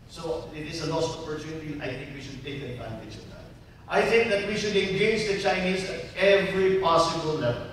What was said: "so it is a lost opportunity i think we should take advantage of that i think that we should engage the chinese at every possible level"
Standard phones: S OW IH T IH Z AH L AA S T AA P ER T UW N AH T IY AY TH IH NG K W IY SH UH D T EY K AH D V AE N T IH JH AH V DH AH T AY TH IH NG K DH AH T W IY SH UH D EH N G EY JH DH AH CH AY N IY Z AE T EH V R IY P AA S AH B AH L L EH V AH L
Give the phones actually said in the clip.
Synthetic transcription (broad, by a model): S OW IH T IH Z AH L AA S AA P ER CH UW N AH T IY AY TH IH NG K W IY SH UH D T EY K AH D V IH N S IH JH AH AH T AY TH IH NG K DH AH T W IY SH UH D EH N G EY JH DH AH CH AY N IY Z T EH V R IY P AA S AH B AH L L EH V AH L